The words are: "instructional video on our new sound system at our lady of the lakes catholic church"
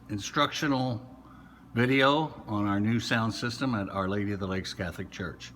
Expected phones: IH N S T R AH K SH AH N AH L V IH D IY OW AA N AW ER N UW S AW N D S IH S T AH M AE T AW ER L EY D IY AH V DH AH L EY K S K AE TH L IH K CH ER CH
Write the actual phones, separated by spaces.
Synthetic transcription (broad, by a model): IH N S T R AH K SH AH N L V IH D IY OW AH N AW ER N UW S AW N D S IH S T AH M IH T AW ER L EY D IY AH V DH AH L EY K S K AE TH L IH K CH ER CH